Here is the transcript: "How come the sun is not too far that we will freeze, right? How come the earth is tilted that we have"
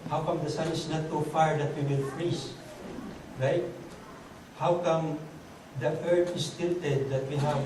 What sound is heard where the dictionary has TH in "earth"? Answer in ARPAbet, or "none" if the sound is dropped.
T